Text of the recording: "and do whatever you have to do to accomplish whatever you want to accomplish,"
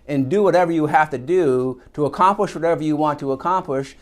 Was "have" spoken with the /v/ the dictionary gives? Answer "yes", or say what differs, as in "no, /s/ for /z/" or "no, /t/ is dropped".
no, /f/ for /v/